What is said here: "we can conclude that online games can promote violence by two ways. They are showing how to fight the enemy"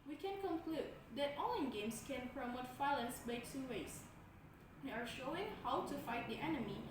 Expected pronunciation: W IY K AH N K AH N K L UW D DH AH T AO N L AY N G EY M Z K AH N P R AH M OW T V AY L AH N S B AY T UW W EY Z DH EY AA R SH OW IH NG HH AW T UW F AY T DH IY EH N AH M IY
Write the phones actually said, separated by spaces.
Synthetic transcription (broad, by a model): W IY K AH N K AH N K L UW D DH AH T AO L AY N G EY M S K AH N P R AH M OW T F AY L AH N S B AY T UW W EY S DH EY AA R SH OW IH NG HH AW T UW F AY T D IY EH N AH M IY